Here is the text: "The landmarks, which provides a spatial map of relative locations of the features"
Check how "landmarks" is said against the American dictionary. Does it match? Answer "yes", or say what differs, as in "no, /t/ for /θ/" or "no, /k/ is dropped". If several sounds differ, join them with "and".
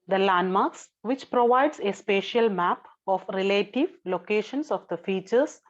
yes